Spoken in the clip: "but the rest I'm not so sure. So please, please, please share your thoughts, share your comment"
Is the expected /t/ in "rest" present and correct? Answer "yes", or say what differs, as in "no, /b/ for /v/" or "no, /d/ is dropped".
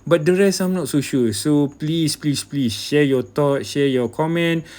no, /t/ is dropped